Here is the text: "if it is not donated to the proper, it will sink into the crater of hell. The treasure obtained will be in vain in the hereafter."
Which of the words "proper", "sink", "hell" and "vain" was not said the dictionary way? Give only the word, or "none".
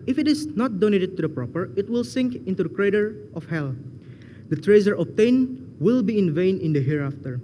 none